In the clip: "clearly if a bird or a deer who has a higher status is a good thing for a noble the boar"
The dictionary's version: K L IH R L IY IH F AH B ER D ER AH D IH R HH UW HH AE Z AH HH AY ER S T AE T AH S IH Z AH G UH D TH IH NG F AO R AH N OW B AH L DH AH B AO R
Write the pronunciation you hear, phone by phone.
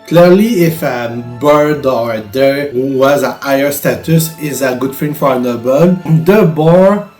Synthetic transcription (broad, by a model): K L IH R L IY IH F AH B ER D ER AH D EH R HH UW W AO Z AH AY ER S T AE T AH S IH Z AH G UH D F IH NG F AO R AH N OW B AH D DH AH B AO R